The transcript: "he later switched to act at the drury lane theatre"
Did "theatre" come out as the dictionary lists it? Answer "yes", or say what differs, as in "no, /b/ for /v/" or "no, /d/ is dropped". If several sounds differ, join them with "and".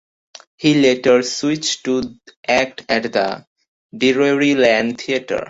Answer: no, /t/ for /θ/